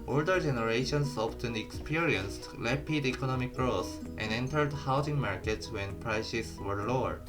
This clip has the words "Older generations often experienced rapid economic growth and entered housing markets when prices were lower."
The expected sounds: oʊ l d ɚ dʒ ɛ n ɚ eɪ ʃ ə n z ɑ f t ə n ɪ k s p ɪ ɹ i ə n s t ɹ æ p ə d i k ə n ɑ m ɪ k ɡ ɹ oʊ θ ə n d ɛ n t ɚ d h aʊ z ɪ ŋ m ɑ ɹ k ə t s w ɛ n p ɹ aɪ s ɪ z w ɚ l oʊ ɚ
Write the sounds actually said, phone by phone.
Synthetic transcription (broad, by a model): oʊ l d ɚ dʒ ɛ n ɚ eɪ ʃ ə n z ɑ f t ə n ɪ k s p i ɹ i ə n s t l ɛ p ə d i k ə n ɑ m ɪ k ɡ ɹ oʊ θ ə n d ɛ n t ɚ d h aʊ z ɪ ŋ m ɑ ɹ k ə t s w ɛ n p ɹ aɪ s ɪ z w ɚ l oʊ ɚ